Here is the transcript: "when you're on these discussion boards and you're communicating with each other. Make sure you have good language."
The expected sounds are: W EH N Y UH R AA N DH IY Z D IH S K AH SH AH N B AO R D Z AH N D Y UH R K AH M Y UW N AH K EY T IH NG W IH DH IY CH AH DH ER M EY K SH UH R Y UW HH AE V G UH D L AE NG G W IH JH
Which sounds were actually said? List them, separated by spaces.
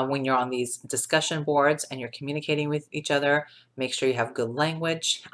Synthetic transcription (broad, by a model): W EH N Y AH R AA N DH IY Z D IH S K AH SH AH N B AO R D Z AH N Y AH R K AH M Y UW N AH K EY T IH NG W IH DH IY CH AH DH ER M EY K SH UH R Y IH V G UH D L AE NG G W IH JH